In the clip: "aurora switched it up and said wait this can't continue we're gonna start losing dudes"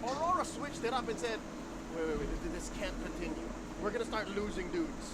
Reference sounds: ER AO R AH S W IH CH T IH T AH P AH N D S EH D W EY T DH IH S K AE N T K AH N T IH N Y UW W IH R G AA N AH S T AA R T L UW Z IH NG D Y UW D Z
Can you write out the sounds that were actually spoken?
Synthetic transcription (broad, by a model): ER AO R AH S W IH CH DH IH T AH B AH N S EH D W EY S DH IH S K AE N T K AH N T IH N Y UW W IH R G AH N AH S T AA R T L UW Z IH NG D UW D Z